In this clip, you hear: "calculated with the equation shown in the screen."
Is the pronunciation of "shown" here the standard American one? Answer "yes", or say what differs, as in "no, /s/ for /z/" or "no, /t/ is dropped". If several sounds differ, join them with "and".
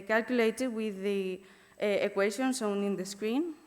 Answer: no, /s/ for /ʃ/